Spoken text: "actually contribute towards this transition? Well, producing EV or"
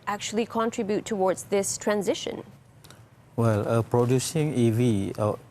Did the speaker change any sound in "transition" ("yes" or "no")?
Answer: no